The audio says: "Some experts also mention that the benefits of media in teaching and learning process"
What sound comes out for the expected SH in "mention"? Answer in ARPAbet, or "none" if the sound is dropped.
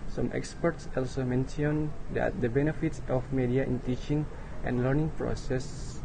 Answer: S